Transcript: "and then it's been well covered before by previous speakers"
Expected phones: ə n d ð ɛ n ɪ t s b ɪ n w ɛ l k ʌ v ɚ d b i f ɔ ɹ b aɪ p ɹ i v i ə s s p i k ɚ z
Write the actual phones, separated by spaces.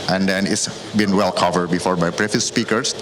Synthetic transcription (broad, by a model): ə n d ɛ n ɪ t s b ɪ n w ɛ l k ʌ v ɚ d b i f ɔ ɹ b aɪ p ɹ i f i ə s s p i k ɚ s